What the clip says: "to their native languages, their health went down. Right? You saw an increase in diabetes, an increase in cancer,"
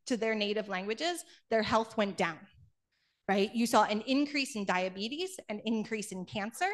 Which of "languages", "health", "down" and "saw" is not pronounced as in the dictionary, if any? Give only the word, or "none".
none